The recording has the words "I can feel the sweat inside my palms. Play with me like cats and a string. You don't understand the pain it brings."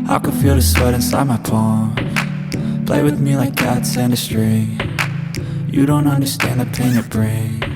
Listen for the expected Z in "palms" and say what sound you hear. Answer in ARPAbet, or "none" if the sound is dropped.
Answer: none